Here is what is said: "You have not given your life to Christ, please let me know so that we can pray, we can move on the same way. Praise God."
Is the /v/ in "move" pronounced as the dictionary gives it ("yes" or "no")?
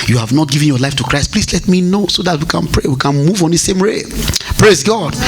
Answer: yes